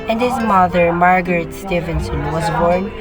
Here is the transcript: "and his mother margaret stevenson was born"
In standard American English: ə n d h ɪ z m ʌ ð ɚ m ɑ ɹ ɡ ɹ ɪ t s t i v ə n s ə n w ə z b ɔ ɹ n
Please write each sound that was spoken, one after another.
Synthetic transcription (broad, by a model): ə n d h ɪ z m ʌ ð ɚ m ɑ ɹ ɡ ɹ ɪ t s t i v ə n s ə n w ə z b ɔ ɹ n